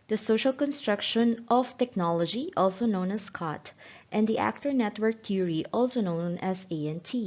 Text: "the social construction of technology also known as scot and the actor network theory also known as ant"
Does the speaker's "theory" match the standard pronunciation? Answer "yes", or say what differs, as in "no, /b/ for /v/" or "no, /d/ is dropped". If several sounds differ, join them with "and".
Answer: no, /t/ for /θ/